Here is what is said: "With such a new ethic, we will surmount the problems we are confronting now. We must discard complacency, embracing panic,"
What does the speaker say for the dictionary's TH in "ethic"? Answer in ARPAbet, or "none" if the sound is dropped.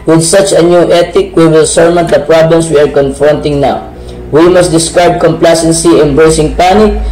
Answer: T